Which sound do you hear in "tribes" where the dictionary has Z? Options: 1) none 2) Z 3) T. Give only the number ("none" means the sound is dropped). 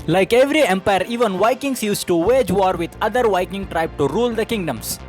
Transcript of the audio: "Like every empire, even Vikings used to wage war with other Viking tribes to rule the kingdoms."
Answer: 1